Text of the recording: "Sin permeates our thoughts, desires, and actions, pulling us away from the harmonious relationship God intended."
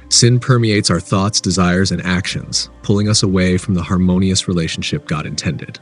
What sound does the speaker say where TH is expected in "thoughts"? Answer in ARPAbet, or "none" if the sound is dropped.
TH